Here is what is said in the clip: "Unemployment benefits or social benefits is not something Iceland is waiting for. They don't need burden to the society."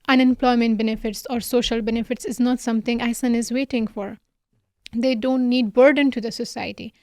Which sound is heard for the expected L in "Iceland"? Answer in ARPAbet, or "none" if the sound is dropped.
none